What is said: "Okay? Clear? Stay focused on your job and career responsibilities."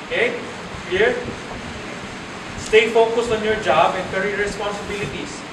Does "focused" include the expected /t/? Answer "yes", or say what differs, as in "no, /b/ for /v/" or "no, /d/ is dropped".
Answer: no, /t/ is dropped